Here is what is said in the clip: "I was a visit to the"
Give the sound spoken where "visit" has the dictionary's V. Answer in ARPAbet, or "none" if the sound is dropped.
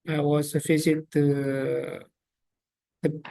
F